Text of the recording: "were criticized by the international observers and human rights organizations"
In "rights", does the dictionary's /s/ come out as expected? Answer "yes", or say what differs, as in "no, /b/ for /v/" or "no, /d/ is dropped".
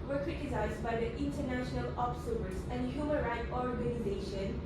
no, /s/ is dropped